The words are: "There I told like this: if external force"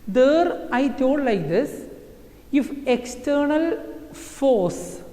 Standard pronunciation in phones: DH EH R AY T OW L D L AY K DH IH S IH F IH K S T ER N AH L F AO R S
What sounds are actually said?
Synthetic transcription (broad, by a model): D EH R AY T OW D L AY K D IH S IH F IH K S T ER N AH L F AO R S